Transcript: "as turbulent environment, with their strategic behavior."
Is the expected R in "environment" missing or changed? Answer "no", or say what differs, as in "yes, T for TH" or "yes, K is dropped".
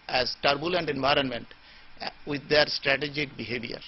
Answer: no